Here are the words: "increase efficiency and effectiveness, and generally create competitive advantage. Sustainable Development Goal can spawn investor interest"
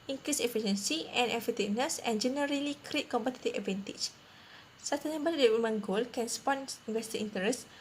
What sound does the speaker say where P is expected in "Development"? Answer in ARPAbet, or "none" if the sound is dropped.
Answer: none